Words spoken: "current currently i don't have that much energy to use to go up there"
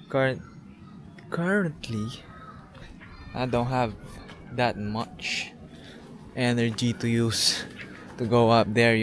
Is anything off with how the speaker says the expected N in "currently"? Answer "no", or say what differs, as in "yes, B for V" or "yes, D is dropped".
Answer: yes, N is dropped